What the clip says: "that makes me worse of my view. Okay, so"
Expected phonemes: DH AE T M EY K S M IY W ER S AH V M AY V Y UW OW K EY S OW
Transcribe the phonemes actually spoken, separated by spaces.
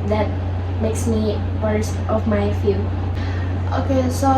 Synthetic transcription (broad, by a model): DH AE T M EY K S M IY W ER S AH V M AY F Y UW OW K EY S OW